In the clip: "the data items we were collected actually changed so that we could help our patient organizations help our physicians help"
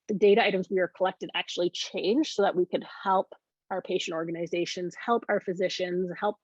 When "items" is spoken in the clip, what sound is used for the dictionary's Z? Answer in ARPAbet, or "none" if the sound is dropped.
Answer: Z